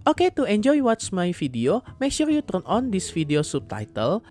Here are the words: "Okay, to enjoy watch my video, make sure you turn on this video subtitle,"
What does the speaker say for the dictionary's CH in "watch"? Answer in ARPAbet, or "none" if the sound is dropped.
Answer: S